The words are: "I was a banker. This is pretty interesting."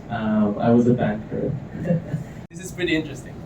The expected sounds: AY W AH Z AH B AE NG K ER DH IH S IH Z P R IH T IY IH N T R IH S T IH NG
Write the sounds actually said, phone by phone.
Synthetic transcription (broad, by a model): AY W AH Z AH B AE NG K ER DH IH S IH Z P R IH T IY IH N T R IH S T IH NG